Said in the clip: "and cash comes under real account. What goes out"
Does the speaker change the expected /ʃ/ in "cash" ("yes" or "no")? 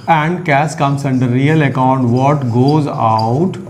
yes